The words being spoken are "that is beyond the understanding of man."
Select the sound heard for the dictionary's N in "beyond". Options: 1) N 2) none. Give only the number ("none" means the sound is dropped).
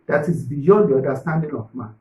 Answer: 2